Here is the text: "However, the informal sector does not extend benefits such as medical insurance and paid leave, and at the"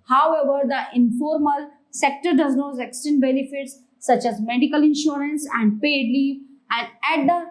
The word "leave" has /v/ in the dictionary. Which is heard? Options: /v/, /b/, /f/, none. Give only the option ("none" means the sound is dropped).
none